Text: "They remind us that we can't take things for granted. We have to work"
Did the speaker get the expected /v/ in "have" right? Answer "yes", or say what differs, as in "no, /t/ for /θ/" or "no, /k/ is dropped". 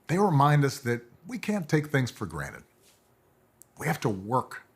no, /f/ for /v/